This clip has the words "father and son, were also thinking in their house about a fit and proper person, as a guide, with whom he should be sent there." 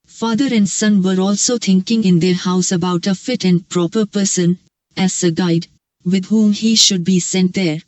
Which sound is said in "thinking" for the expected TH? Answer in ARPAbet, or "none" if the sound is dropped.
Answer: T